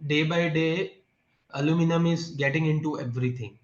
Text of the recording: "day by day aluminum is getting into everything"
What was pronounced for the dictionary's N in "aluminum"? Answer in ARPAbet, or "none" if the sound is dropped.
N